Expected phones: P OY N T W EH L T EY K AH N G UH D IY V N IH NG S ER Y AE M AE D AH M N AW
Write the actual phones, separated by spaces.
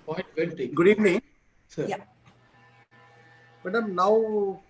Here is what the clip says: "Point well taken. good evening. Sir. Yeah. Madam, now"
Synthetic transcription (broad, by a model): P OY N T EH N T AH G UH D IY V N IH NG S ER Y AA M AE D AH M N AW